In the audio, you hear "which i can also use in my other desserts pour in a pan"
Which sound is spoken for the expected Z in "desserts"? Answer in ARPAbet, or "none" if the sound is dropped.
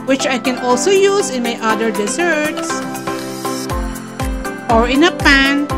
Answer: S